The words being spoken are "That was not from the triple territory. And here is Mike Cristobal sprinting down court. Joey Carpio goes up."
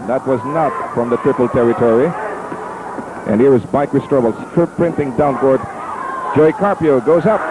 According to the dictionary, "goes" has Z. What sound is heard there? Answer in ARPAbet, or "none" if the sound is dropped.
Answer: Z